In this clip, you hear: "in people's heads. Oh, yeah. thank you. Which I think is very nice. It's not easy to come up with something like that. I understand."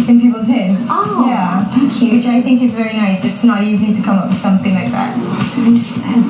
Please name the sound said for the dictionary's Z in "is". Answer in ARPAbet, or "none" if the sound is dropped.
Z